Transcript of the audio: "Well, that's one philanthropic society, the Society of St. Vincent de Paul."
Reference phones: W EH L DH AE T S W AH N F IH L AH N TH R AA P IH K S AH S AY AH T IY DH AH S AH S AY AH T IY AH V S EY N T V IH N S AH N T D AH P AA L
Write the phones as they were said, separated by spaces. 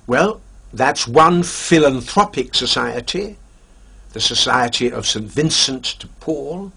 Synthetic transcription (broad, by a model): W EH L DH AE T S W AH N F IH L AH N TH R AA P IH K S AH S AY AH T IY DH AH S AH S AY AH T IY AH V S EY N T V IH N S AH N T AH P AA L